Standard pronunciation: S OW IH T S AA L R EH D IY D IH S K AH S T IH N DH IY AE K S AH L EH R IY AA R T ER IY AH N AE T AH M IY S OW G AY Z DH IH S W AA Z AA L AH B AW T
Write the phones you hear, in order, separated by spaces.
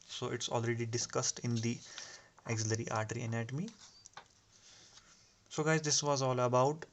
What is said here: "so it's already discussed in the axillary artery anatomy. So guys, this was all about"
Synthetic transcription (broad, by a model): S OW IH T S AA L R EH D IY D IH S K AH S T IH N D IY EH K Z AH L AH R IY AA R T ER IY AH N AE T AH M IY S OW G AY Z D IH S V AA Z AA L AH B AW T